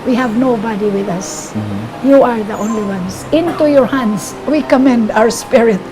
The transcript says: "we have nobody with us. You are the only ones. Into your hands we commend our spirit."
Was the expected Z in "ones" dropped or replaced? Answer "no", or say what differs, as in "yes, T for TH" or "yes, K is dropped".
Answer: yes, S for Z